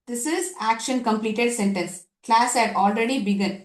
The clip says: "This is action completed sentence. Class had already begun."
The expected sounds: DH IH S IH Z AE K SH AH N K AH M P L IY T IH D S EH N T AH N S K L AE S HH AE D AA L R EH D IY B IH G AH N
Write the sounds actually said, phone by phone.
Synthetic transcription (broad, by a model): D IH S IH Z AE K SH AH N K AH M P L IY T IH D S EH N T AH N S K L AE S HH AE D AA L R EH D IY B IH G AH N